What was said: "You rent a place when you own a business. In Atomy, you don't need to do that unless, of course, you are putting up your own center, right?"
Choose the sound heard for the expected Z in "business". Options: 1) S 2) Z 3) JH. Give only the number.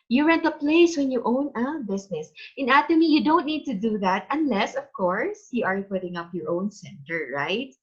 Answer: 1